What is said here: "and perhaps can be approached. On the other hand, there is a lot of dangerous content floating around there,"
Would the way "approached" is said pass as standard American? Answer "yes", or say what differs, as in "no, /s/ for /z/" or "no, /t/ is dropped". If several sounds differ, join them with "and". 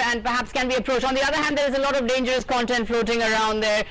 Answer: no, /t/ is dropped